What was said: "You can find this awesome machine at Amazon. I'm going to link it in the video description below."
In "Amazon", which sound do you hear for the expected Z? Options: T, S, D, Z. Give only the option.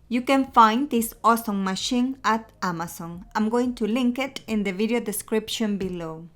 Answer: S